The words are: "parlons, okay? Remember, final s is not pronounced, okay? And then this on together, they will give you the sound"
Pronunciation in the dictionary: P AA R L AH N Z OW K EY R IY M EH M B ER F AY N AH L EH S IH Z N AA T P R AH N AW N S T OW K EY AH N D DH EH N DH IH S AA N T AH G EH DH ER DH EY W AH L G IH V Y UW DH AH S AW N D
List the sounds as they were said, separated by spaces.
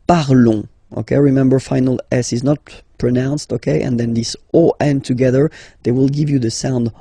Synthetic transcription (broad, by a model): P AA R L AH OW K EY R IY M EH M B ER F AY N AH L EH S IH Z N AA T P R AH N AW N S T OW K EY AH N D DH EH N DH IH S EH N T AH G EH DH ER DH EY W AH L G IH V Y UW DH AH S AW N D